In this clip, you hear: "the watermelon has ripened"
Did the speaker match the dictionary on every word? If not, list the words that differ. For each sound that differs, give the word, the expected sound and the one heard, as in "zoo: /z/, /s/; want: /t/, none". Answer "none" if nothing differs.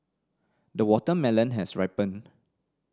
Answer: has: /z/, /s/; ripened: /d/, none